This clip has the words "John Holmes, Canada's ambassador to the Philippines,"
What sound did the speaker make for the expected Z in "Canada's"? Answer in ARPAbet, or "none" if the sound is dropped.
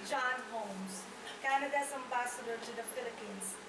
S